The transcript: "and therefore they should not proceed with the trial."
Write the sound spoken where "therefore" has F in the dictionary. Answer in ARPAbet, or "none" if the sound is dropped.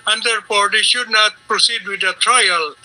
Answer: P